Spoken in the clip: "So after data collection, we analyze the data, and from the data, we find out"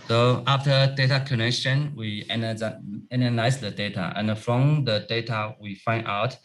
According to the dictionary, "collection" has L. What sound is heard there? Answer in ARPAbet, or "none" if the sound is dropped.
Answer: N